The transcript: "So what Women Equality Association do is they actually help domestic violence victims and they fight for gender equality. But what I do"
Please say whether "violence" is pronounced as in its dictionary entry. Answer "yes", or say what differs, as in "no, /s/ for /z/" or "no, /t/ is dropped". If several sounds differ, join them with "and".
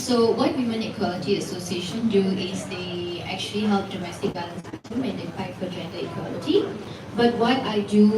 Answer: no, /b/ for /v/